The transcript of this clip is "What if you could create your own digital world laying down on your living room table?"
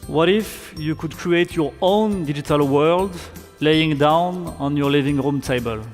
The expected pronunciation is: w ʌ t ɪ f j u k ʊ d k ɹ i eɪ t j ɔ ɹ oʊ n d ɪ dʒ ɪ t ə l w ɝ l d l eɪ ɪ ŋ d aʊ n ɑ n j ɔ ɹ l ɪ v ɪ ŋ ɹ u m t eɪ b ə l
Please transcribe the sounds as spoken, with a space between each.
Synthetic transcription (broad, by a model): w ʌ t ɪ f j u k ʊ d k ɹ i eɪ t j ɔ ɹ oʊ n d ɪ dʒ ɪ t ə l w ɝ l d l eɪ ɪ ŋ d aʊ n ɑ n j ɔ ɹ l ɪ v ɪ ŋ ɹ u m t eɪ b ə l